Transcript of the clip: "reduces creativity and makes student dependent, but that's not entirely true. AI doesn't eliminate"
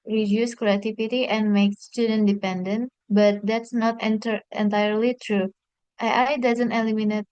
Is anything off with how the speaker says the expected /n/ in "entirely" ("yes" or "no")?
no